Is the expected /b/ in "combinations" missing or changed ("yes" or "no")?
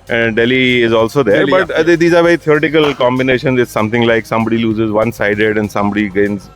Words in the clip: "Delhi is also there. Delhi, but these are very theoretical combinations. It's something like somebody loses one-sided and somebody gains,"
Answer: no